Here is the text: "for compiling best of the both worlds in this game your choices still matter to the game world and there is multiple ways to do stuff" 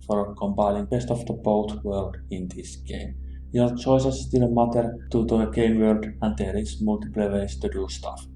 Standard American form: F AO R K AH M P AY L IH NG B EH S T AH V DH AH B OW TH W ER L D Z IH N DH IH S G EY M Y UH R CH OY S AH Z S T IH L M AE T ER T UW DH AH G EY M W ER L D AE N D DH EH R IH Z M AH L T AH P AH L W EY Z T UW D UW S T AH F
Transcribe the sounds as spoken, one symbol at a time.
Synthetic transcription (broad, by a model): F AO R K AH M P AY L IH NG B EH S T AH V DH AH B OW T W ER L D IH N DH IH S G EY M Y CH OY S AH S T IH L M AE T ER T UW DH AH G EY M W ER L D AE N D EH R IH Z M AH L T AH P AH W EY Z T UW D UW S T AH F